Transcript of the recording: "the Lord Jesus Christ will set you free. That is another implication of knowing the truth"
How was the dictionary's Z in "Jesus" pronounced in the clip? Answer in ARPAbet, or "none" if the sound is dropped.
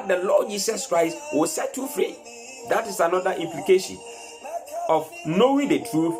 S